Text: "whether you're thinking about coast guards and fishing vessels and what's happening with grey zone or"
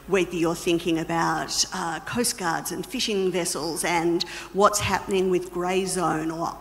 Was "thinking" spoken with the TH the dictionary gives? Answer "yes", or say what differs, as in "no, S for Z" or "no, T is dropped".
yes